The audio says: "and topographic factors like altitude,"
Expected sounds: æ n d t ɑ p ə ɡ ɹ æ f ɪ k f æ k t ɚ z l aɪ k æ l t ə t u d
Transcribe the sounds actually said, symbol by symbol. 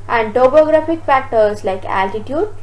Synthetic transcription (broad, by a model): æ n d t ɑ b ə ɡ ɹ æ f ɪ k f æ k t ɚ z l aɪ k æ l t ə t u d